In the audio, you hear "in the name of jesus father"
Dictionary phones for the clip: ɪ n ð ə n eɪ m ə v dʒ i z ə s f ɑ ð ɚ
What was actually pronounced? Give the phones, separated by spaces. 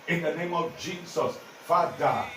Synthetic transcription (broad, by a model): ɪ n ð ə n eɪ m ə v dʒ i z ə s f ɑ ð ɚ